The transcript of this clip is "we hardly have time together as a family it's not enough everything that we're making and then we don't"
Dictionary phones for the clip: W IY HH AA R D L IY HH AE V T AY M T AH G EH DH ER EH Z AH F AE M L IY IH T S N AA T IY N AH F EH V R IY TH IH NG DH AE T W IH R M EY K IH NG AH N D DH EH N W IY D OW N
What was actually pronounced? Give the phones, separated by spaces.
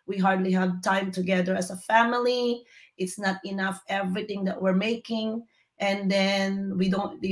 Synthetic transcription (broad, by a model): W IY HH AA R D L IY HH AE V T AY M T AH G EH DH ER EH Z AH F AE M L IY IH T S N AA T IY N AH F EH V R IY TH IH NG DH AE T W IH R M EY K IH NG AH N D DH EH N W IY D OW N